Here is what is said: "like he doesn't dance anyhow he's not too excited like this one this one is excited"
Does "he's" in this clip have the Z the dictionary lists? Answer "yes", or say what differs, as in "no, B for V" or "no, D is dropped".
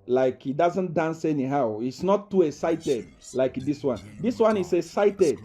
no, S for Z